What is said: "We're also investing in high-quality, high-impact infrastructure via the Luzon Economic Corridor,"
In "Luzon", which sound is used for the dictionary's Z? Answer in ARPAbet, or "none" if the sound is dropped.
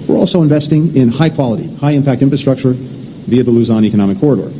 Z